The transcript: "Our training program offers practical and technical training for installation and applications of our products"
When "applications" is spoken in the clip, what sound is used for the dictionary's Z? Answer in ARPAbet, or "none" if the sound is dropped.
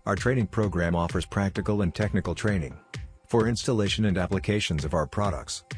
Z